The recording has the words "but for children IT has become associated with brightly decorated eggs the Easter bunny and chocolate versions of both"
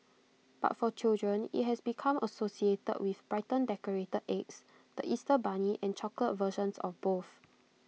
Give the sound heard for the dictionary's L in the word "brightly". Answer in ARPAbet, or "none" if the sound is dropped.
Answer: none